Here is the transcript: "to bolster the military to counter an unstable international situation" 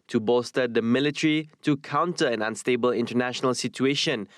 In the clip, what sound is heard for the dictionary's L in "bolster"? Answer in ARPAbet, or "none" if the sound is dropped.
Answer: none